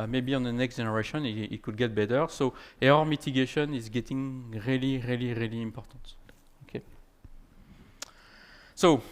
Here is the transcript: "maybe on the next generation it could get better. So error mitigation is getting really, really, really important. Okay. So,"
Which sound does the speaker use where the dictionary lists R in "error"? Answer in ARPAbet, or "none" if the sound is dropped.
none